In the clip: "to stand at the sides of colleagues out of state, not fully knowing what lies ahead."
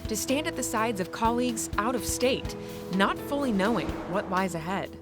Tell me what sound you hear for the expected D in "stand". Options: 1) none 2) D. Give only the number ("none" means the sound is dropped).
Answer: 2